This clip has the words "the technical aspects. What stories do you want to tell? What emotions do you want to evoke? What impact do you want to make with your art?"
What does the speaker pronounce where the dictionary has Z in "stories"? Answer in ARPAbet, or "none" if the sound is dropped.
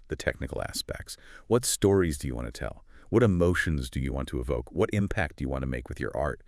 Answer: Z